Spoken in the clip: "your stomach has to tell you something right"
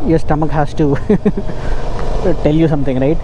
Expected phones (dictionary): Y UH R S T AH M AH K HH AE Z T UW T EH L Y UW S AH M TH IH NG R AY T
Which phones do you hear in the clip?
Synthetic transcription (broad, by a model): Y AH S T AH M AH K HH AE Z T UW T EH L Y UW S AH M T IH NG R AY T